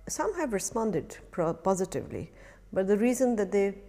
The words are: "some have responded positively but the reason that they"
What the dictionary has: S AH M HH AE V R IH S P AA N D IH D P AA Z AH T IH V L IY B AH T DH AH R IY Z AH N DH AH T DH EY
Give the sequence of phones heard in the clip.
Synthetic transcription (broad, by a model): S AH M HH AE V R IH S P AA N D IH D P AA Z AH T IH V L IY B AH T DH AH R IY Z AH N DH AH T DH EY